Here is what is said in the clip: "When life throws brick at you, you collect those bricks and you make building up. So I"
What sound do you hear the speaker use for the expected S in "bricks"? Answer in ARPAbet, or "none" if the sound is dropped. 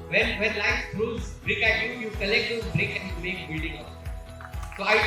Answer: none